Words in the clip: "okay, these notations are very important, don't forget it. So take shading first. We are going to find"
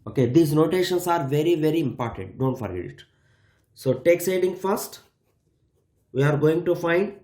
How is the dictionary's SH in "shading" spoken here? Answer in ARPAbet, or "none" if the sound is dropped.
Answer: S